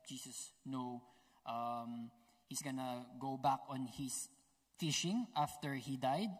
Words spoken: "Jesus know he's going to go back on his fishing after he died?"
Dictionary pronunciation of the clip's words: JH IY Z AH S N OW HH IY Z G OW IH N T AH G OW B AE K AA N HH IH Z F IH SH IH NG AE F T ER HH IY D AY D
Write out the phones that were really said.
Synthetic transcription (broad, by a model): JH IY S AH S N OW HH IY S G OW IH N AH G OW B AE K AA N HH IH S F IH SH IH NG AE F T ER HH IY D AY D